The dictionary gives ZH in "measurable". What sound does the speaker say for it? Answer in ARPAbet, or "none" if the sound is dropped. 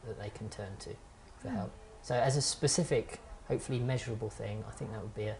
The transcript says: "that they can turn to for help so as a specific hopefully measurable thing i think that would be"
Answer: ZH